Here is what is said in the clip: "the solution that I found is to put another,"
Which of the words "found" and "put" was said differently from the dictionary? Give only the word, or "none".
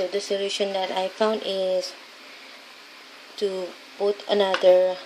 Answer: put